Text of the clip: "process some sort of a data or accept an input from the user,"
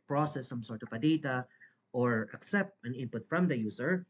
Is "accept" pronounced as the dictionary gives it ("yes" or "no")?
yes